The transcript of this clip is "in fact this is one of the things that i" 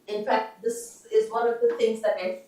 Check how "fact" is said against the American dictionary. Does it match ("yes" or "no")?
yes